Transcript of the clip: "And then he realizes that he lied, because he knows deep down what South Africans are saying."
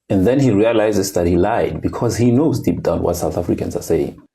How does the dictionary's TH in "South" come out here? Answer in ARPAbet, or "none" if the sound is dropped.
TH